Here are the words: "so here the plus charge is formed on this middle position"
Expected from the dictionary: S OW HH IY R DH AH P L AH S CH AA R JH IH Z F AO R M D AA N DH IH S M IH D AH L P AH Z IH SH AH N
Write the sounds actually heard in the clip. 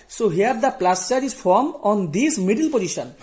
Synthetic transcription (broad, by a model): S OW HH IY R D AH P L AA S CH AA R IH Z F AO R M AA N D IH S M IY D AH L P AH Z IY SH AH N